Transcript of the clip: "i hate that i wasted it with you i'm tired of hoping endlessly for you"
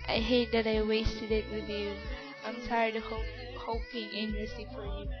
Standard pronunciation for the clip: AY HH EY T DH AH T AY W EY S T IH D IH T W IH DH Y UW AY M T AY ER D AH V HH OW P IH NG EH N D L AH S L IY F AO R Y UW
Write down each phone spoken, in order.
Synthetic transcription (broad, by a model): AY HH EY T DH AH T AY W EY S T IH D IH T W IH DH Y UW AY M S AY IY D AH HH OW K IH NG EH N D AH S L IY F AO R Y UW